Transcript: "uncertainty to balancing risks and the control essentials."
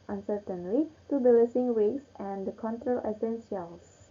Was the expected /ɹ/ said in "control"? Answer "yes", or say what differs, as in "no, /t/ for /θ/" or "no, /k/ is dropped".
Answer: yes